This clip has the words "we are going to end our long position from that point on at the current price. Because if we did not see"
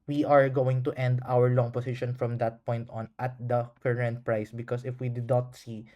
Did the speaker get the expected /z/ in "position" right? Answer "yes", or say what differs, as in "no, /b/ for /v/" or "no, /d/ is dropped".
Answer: no, /s/ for /z/